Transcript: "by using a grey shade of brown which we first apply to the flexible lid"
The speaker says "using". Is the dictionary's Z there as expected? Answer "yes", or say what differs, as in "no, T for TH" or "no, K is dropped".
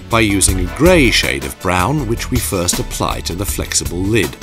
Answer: yes